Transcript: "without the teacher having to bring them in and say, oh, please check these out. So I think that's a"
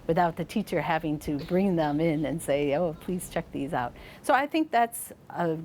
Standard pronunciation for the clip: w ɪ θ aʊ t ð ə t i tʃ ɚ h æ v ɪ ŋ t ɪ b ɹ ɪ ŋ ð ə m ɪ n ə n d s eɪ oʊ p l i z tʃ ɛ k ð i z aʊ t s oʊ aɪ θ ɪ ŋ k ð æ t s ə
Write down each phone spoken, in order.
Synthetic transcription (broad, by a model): w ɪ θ aʊ t ð ə t i tʃ ɚ h æ v ɪ ŋ t ɪ b ɹ ɪ ŋ ð ə m ɪ n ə n s eɪ oʊ p l i z tʃ ɛ k ð i z aʊ t s oʊ aɪ θ ɪ ŋ k ð æ t s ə